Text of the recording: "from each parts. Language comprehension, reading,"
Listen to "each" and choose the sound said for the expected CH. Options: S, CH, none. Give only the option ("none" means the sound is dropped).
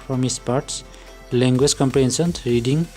S